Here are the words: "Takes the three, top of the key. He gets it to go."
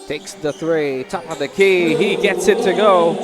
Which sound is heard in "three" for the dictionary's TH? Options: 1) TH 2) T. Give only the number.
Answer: 1